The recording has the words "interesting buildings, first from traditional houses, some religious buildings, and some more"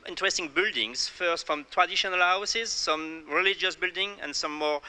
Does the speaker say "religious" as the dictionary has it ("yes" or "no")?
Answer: yes